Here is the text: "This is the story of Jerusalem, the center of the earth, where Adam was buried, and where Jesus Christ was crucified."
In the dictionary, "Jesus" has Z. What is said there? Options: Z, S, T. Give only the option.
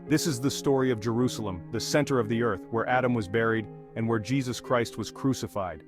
Z